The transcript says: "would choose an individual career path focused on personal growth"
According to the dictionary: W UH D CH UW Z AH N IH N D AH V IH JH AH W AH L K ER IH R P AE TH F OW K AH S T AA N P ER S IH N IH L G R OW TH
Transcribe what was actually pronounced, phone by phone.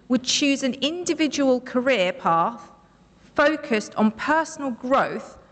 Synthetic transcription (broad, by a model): W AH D CH UW Z AH N IH N D AH V IH JH AH W AH L K ER IH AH P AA TH F OW K AH S T N P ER S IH N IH L G R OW TH